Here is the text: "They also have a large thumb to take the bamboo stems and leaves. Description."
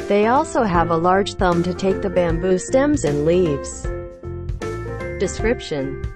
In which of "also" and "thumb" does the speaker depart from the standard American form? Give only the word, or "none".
none